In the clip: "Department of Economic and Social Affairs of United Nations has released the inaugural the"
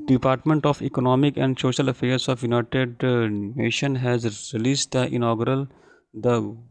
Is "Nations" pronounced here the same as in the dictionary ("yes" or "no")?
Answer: no